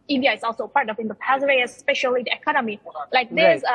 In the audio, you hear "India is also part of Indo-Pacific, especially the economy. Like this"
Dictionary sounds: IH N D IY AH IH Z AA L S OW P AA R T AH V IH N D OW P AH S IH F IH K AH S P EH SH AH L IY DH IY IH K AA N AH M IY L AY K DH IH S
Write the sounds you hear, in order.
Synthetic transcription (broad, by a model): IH N D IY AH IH S AA L S OW P AA R T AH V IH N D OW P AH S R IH AH S P EH SH AH L IY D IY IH K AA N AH M IY L AY K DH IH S